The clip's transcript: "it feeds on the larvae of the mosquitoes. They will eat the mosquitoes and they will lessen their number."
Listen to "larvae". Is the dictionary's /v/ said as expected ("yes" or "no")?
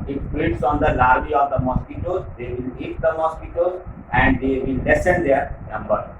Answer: no